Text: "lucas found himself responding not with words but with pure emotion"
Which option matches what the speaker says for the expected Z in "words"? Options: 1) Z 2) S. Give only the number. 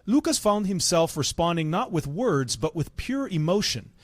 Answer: 1